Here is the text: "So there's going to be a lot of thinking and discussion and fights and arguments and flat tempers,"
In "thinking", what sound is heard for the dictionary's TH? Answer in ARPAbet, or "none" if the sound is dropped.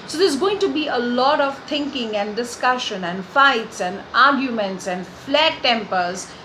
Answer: T